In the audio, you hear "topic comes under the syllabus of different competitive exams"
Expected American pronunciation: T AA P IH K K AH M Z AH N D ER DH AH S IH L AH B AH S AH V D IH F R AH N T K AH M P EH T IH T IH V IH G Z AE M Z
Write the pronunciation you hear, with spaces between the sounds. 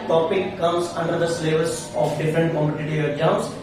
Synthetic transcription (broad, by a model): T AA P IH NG K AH M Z AH N D ER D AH S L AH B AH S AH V D IH F R AH N T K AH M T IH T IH IH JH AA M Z